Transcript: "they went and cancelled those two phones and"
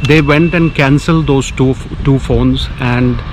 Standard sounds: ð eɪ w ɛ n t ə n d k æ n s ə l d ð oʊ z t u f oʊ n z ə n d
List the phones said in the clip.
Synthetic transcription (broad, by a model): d eɪ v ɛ n t ə n d k æ n s ə l d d oʊ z t u f oʊ n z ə n d